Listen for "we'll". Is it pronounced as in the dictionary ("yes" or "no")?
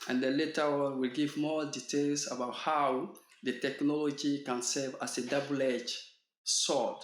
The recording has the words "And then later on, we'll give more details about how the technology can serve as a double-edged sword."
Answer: yes